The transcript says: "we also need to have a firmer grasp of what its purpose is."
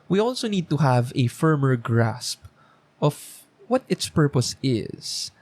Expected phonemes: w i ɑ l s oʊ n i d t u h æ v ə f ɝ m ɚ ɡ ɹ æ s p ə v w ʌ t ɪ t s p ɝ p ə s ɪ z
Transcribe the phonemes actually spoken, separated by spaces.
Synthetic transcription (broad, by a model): w i ɑ l s oʊ n i d t u h æ v ə f ɝ m ɚ ɡ ɹ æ s p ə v w ʌ t ɪ t s p ɝ p ə s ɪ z